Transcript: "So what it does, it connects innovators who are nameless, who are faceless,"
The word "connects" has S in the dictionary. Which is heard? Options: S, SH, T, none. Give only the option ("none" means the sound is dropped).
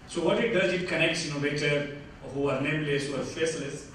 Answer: S